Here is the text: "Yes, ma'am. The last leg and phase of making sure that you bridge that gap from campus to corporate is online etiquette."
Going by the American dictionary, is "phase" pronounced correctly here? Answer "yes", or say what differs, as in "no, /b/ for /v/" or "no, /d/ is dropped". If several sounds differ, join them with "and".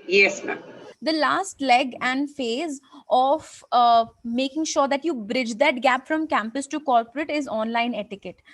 yes